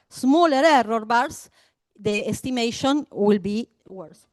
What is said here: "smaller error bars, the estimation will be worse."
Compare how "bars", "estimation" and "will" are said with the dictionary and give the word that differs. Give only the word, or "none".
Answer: bars